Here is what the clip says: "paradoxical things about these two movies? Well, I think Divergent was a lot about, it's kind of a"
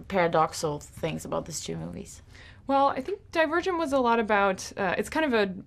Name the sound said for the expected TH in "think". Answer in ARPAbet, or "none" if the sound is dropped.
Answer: TH